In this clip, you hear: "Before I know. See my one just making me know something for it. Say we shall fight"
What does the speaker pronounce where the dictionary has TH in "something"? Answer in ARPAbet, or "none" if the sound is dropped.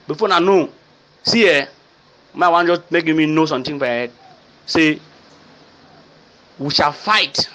T